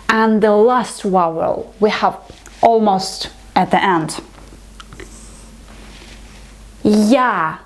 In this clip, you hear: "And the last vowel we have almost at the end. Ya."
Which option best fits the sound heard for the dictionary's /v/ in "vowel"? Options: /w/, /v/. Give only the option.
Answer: /w/